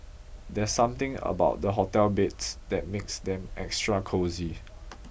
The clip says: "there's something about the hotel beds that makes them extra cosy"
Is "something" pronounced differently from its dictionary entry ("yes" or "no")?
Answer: yes